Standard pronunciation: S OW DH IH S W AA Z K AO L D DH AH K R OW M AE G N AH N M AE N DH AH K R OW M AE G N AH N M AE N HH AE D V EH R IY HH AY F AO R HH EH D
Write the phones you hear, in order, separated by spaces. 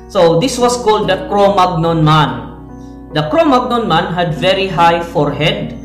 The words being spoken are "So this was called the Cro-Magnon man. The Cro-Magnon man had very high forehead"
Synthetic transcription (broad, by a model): S OW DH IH S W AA S K AO L D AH K R OW M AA G N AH N M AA N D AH K R OW M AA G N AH N M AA N HH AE D V EH R IY HH AY F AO R HH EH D